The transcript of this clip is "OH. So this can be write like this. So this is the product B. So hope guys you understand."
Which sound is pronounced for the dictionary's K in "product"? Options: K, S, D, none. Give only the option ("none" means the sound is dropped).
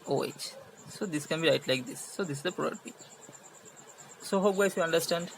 none